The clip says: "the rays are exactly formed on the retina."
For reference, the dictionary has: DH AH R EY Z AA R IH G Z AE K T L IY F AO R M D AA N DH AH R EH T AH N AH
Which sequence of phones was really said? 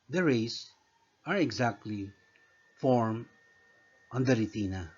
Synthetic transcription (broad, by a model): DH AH R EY S AA R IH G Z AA K T L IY F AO R M AA N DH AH R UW T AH N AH